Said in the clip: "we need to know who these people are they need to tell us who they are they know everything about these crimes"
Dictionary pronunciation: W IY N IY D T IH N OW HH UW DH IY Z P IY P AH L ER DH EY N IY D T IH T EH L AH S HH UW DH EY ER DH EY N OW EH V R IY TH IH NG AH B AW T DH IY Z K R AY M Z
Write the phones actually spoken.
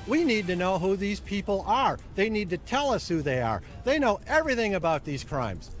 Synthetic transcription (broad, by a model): W IY N IY D T IH N OW HH UW DH IY Z P IY P L ER DH EY N IY D T IH T EH L AH S HH UW DH EY ER DH EY N OW EH V R IY TH IH NG AH B AW T DH IY Z K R AY M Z